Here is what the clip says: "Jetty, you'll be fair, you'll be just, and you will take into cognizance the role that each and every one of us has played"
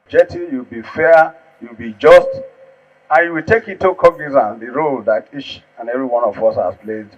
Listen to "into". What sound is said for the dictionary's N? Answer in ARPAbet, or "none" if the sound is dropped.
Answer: none